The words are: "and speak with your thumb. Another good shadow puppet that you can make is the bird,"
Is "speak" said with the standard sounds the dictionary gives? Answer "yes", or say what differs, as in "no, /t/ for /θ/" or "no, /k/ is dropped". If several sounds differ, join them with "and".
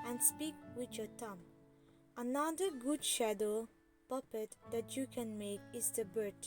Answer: yes